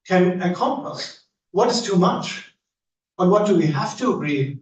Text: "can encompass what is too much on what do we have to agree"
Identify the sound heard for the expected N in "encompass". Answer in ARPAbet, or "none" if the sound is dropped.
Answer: none